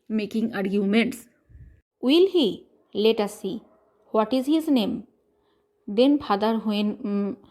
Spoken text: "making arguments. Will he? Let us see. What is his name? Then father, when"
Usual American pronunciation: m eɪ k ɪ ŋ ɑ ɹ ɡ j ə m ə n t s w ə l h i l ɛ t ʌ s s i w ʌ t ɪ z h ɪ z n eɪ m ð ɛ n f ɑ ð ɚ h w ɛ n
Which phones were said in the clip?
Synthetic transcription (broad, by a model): m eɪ k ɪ ŋ ɑ ɹ ɡ j ə m ə n t s w ə l h i l ɛ t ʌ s s i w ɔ t ɪ z h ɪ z n eɪ m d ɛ n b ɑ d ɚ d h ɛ n